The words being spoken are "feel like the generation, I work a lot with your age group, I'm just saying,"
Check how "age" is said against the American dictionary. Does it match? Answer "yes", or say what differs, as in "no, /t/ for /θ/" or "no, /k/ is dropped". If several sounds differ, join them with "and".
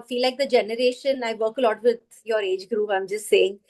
yes